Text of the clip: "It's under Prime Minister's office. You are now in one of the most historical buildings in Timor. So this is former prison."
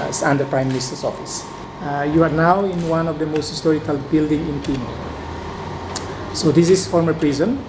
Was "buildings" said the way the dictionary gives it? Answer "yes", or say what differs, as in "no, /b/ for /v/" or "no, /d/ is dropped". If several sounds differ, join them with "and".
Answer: no, /z/ is dropped